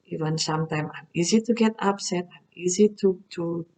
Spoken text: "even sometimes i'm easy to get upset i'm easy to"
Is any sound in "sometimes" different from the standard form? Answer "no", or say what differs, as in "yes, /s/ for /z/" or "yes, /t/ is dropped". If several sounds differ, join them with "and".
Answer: yes, /z/ is dropped